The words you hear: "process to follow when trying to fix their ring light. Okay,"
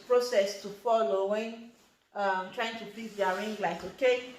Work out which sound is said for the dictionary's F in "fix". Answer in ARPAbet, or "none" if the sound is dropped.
P